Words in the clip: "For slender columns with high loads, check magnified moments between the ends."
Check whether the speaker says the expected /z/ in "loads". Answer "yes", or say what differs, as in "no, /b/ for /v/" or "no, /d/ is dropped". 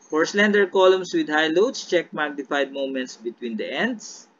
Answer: no, /s/ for /z/